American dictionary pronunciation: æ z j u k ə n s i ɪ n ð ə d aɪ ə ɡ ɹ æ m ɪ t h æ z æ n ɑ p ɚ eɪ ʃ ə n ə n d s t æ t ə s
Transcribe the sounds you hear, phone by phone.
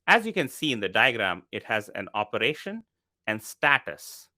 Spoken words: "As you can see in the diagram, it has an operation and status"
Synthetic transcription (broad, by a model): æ z j u k ə n s i ɪ n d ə d aɪ ə ɡ ɹ æ m ɪ t h æ z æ n ɑ p ɚ eɪ ʃ ə n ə n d s t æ t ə s